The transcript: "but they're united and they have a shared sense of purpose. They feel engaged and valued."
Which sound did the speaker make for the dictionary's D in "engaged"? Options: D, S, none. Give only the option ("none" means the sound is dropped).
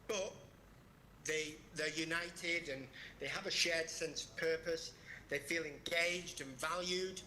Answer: D